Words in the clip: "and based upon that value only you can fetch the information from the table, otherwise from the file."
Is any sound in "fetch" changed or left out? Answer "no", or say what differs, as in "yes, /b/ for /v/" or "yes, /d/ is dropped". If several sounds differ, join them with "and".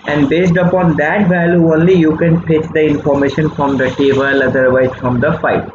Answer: yes, /p/ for /f/